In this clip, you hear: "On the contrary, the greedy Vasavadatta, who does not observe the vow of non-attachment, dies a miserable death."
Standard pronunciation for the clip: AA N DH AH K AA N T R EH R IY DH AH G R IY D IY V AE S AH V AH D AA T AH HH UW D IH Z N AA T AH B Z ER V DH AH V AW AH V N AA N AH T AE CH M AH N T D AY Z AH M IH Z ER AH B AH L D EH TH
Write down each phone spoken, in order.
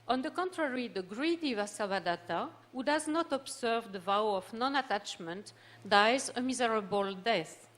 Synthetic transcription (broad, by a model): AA N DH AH K AA N T R EH R IY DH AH G R IY D IY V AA S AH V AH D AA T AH HH UW D IH Z N AA T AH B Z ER V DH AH V AW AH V N AA N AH T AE CH M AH N T D AY Z AH M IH Z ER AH B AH L D EH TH